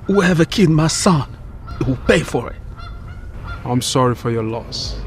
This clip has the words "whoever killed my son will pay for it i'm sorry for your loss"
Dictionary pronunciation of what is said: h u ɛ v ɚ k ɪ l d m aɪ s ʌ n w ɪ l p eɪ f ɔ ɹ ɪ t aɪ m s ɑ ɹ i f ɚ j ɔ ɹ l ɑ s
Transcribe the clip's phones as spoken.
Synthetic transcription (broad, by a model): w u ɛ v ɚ k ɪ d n m aɪ s ʌ n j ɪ w p eɪ f ɔ ɹ ɪ t aɪ m s ɑ ɹ i f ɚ j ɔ l ɑ s